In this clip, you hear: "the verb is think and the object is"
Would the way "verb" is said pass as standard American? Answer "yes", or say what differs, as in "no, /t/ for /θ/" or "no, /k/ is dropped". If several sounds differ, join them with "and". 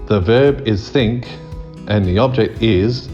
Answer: yes